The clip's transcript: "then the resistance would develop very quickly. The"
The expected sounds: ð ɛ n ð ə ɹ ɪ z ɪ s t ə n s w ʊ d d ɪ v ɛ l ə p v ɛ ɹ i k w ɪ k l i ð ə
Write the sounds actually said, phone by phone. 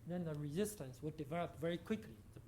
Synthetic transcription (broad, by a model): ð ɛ n ð ə ɹ ɪ z ɪ s t ə n s w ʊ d d ɪ v ɛ l ə p v ɛ ɹ i k w ɪ k l i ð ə